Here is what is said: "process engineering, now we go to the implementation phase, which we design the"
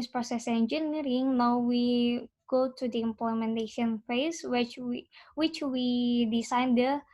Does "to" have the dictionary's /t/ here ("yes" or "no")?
yes